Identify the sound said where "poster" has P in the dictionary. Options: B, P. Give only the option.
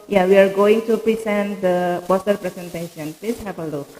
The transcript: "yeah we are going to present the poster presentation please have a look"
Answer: B